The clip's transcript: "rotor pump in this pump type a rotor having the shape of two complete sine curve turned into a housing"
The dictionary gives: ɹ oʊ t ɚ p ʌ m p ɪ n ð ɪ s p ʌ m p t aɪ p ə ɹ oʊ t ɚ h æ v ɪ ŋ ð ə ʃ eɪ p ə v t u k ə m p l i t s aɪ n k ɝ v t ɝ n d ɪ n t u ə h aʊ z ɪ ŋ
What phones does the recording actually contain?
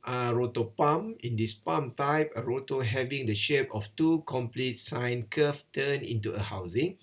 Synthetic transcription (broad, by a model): ɹ oʊ t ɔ p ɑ m ɪ n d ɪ s p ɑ m t aɪ p ə ɹ oʊ t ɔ h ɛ v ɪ ŋ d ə ʃ eɪ p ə f t u k ə m p l i t s aɪ n k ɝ f t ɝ n ɪ n t u ə h aʊ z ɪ ŋ